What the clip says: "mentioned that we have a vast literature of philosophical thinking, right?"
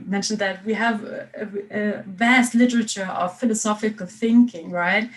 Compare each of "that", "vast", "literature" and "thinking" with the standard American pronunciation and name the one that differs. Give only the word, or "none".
none